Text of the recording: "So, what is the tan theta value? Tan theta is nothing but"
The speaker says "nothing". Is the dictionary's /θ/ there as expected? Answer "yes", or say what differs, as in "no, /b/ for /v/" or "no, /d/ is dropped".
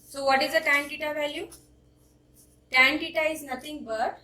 no, /t/ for /θ/